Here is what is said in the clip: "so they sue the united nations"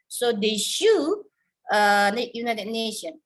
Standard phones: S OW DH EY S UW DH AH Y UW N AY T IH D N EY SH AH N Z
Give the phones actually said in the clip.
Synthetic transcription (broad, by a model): S OW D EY SH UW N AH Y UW N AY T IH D N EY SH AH N